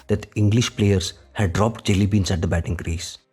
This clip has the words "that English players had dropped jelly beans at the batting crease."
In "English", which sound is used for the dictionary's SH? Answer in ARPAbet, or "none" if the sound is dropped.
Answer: SH